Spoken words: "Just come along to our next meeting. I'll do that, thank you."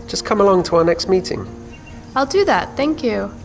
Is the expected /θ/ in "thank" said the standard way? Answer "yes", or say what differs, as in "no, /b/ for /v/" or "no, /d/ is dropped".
yes